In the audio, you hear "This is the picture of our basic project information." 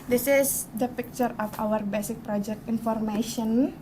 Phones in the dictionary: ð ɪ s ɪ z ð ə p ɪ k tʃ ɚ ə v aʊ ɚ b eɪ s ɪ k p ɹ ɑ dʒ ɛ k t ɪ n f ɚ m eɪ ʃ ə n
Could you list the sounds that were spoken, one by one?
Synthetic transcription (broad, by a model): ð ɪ s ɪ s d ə p ɪ k tʃ ɚ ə f aʊ ɚ b eɪ s ɪ k p ɹ ɑ dʒ ɛ k t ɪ n f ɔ m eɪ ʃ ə n